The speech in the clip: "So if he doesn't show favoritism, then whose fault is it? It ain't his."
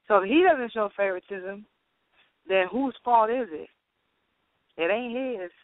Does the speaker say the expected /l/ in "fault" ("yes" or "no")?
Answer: no